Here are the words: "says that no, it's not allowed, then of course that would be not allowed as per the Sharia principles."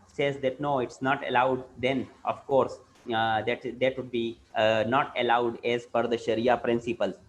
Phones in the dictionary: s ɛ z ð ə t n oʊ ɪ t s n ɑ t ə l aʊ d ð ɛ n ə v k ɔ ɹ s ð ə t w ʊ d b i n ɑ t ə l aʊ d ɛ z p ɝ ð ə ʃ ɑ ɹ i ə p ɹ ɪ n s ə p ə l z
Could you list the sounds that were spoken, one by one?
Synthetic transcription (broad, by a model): s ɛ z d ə t n oʊ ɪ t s n ɑ t ə l aʊ d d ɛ n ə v k ɔ ɹ s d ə t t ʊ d b i n ɑ t ə l aʊ d ɛ z f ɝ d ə ʃ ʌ ɹ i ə p ɹ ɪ n s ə p ə l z